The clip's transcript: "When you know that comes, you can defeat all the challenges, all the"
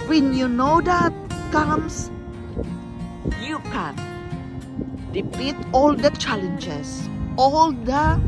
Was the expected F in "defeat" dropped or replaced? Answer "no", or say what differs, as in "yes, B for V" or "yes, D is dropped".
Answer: yes, P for F